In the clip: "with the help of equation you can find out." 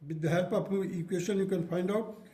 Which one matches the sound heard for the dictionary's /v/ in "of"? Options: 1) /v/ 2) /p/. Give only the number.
2